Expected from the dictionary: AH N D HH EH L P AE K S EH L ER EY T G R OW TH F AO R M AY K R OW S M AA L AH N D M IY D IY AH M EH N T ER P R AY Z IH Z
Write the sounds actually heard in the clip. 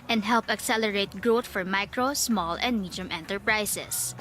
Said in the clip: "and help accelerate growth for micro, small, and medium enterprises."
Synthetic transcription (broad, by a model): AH N D HH EH L P AE K S EH L ER EY T G R OW T F AO R M AY K R OW S M AA L AH N D M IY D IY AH M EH N T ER P R AY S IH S